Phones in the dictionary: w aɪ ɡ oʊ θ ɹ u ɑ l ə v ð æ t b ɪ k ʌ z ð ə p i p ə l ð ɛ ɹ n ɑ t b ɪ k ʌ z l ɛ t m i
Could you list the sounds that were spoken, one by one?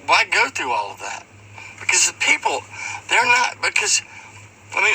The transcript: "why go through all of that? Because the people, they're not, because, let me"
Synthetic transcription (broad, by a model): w aɪ ɡ oʊ θ ɹ u ɑ l ə v ð æ t b ɪ k ʌ z p i p l ð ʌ ɹ n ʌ t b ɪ k ʌ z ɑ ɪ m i